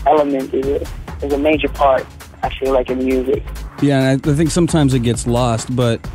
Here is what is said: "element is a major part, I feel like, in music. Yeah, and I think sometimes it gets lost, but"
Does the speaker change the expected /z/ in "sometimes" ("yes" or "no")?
no